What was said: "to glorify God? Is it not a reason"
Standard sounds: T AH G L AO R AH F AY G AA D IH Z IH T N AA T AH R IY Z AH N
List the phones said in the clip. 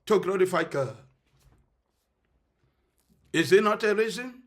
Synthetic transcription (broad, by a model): T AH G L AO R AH F AY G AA IH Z IH T N AA T AH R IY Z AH N